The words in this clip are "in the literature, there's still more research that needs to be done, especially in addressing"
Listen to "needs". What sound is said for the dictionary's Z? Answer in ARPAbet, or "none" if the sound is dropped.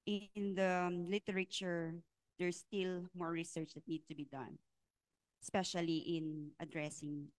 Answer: none